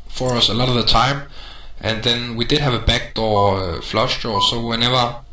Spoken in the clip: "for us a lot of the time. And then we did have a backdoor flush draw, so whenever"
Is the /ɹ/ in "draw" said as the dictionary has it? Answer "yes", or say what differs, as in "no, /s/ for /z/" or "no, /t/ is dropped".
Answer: no, /ɹ/ is dropped